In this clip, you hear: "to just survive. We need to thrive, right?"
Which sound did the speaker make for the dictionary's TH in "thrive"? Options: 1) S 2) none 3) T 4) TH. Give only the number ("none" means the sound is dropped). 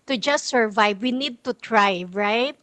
3